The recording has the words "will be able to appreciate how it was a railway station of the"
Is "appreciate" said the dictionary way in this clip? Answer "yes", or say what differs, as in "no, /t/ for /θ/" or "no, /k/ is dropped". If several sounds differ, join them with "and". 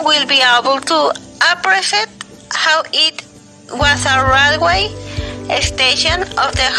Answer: no, /s/ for /ʃ/